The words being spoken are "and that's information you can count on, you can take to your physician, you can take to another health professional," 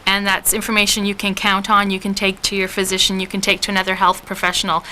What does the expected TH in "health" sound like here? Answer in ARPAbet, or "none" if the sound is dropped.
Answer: TH